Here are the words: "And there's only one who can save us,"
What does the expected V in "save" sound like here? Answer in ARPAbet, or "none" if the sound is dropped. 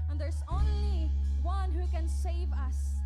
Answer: V